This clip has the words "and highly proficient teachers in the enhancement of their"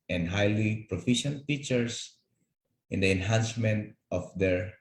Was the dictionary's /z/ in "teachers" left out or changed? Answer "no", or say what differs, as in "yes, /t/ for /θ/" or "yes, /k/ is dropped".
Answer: yes, /s/ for /z/